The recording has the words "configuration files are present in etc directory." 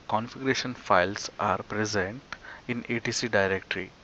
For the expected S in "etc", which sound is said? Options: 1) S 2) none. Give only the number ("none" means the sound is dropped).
2